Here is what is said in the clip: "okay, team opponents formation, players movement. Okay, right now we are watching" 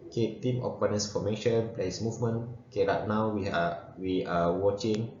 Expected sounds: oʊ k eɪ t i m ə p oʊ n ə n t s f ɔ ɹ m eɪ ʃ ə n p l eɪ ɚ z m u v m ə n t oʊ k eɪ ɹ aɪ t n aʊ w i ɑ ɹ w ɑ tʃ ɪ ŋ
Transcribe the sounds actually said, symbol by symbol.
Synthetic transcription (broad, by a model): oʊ k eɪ t i m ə p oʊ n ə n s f ɔ m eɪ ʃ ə n p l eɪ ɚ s m u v m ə n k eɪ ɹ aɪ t n aʊ w i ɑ w w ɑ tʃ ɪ ŋ